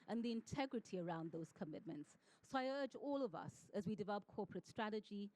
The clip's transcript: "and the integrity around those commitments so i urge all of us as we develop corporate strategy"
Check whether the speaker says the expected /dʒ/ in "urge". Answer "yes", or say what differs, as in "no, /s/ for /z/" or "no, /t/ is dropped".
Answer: yes